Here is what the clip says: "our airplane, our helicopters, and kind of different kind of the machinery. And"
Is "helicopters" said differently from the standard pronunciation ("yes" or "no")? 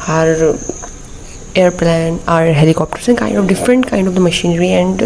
yes